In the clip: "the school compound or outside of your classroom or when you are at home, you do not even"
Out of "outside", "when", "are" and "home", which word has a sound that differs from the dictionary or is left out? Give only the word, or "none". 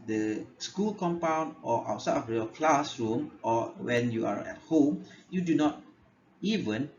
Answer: outside